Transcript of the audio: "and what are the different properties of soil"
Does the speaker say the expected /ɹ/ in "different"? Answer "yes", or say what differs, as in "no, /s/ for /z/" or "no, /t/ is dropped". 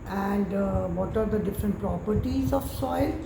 yes